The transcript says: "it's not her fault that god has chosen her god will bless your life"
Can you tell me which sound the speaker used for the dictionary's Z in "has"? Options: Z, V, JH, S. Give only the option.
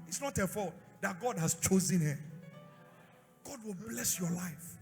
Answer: S